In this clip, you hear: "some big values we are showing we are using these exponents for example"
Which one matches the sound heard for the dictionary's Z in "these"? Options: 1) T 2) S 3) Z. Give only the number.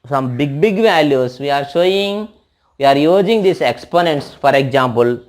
2